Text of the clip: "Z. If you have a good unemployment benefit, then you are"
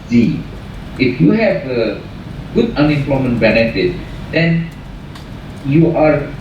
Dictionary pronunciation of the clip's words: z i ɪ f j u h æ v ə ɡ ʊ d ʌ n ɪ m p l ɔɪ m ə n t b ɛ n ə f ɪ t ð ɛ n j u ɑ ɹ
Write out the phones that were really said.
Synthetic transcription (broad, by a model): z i ɪ f j u h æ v ə ɡ ʊ d ʌ n ɪ m p l ɔɪ m ə n t b ɛ n ə f ɪ t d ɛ n j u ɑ ɹ